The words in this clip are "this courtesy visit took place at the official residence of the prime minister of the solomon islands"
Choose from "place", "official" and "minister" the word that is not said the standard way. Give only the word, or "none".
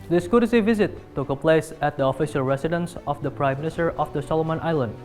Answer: none